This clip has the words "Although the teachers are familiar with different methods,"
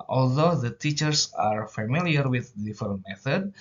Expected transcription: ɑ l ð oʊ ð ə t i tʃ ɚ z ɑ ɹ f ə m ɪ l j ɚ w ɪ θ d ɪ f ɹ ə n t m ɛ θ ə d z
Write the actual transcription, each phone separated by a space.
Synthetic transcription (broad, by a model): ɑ l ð oʊ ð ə t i tʃ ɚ s ɑ ɹ f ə m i l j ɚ w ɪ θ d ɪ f ə t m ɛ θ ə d